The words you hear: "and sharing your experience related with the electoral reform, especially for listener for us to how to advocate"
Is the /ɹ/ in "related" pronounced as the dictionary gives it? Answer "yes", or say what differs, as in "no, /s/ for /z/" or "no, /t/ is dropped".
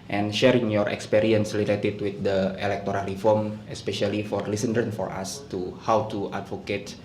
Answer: no, /l/ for /ɹ/